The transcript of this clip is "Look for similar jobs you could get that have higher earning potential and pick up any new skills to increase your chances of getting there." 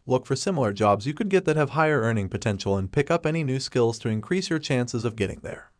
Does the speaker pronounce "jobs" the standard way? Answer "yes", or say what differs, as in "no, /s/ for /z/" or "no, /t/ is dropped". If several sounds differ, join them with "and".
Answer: yes